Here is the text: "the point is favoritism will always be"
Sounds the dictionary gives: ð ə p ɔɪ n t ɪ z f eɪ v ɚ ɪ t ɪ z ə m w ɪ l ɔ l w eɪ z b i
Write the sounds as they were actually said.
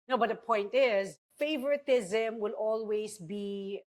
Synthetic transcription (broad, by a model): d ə p ɔɪ n t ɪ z f eɪ v ɚ ɪ t ɪ z ə m w ɪ l ɔ l w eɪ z b i